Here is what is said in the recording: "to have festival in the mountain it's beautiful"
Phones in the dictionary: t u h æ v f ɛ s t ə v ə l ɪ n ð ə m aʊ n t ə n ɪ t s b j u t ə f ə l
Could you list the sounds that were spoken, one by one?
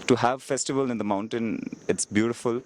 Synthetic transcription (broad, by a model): t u h æ v f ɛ s t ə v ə l ɪ n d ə m aʊ n t ə n ɪ t s b j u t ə f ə l